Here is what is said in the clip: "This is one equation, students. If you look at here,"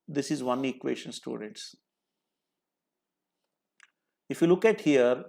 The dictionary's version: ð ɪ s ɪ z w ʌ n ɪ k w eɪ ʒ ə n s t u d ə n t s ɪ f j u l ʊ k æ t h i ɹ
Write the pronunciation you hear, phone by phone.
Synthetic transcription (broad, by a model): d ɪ s ɪ z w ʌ n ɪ k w eɪ ʃ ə n s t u d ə n t s ɪ f j u l ʊ k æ t h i ɹ